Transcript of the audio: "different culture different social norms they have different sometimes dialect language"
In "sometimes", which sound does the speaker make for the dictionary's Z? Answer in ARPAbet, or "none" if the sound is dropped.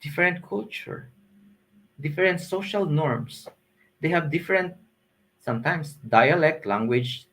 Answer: S